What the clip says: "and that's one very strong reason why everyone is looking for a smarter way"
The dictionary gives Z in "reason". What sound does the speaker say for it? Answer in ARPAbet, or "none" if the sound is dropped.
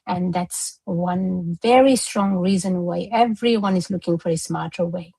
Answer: Z